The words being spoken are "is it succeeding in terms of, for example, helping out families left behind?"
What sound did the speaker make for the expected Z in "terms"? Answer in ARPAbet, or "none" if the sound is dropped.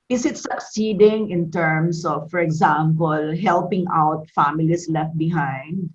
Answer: S